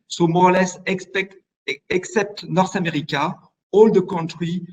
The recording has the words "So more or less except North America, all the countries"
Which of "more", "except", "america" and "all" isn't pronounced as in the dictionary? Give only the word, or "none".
more